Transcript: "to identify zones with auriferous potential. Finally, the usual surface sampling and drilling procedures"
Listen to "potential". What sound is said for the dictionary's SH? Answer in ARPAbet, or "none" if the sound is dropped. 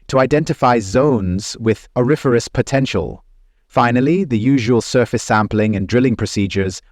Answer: SH